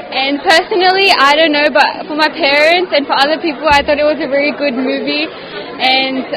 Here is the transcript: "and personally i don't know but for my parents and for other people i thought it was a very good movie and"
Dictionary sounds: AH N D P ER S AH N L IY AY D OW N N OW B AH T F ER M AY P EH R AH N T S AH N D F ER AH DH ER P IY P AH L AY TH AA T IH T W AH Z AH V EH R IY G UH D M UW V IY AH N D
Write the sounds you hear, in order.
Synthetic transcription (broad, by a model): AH N P ER S AH N L IY AY D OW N N OW B AH T F ER M AY P EH R AH N T S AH N F ER AH DH ER P IY P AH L AY TH AA T IH T W AH Z AH V EH R IY G UH D M UW V IY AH N